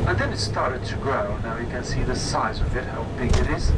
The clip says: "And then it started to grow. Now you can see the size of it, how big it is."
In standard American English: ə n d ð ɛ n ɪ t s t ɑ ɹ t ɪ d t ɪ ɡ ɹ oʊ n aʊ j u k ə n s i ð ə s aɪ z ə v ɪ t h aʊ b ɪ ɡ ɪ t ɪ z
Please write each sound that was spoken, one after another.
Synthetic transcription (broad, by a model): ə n ð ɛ n ɪ t s t ɑ ɹ t ɪ d t ɪ ɡ ɹ oʊ n aʊ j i k ə n s i ð ə s aɪ z ə v ɪ t h aʊ b ɪ ɡ ɪ t ɪ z